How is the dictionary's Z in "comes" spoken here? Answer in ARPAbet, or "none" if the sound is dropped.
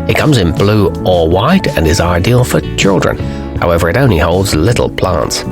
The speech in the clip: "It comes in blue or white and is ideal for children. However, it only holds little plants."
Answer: Z